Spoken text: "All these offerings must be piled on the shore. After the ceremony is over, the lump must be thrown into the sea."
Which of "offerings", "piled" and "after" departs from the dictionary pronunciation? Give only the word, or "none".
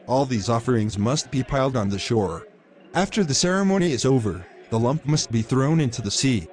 none